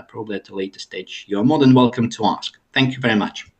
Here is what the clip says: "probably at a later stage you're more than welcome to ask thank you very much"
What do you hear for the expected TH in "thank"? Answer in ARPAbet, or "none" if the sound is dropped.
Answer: TH